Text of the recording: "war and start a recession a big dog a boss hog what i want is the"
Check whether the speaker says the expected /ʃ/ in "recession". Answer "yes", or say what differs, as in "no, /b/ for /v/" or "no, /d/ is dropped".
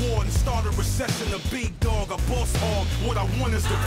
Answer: no, /s/ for /ʃ/